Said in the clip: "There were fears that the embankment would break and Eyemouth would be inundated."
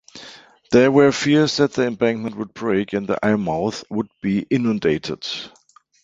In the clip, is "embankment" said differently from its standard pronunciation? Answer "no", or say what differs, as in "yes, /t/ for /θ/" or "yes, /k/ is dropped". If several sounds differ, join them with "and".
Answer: no